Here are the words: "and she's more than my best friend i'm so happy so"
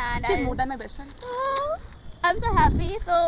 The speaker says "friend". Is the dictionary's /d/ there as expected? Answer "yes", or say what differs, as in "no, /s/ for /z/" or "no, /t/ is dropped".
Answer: no, /d/ is dropped